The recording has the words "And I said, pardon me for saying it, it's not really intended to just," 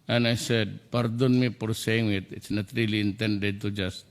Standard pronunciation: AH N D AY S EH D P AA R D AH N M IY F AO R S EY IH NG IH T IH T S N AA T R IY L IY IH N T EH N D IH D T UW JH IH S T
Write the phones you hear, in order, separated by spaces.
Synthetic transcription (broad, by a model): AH N AY S EH D P AA R D AH N M IY P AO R S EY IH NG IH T IH T S N AA T R IY L IY IH N T EH N D IH D T UW JH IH S T